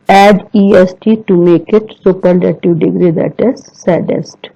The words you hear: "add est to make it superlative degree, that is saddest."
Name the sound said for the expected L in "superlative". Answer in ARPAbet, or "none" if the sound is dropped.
N